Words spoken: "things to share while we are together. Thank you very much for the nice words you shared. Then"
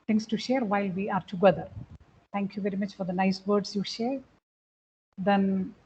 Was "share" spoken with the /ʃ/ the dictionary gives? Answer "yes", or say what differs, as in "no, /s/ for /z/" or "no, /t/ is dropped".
yes